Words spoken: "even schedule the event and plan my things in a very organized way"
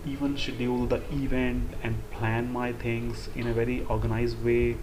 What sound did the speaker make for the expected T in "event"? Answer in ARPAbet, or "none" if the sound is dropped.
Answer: T